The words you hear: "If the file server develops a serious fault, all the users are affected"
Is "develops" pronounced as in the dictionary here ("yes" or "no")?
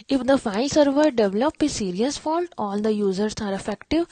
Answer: no